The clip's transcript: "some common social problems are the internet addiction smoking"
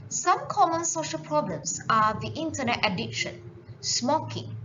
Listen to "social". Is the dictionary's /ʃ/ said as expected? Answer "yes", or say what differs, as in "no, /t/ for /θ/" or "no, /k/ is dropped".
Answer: yes